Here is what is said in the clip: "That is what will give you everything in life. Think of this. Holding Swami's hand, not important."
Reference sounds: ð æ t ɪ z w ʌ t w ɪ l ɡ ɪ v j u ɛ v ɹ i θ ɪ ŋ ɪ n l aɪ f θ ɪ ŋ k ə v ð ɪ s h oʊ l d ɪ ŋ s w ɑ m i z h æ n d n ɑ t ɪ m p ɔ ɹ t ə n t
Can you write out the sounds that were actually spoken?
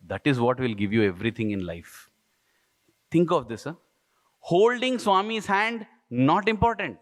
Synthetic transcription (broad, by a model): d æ t ɪ z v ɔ t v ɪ l ɡ ɪ v j u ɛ v ɹ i t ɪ ŋ ɪ n l aɪ f t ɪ ŋ k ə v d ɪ s h oʊ l d ɪ ŋ s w ɑ m i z h æ n d n ɑ t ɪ m p ɔ ɹ t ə n t